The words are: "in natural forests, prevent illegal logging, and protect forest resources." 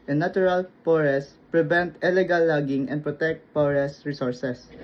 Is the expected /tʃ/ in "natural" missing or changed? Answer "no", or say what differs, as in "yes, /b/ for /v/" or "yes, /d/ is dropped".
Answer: yes, /tʃ/ is dropped